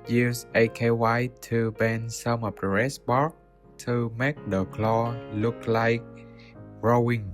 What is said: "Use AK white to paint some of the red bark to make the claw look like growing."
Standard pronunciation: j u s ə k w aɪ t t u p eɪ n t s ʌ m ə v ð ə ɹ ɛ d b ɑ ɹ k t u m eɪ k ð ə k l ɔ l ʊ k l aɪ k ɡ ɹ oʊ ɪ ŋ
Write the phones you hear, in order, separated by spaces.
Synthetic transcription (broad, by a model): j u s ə k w aɪ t t u b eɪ n s ʌ m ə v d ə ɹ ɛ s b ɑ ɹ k t u m eɪ k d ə k l ɔ l ʊ k l aɪ k ɹ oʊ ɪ ŋ